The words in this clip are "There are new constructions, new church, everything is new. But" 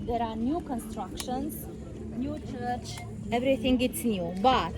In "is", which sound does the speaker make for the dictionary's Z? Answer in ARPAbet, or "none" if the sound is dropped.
S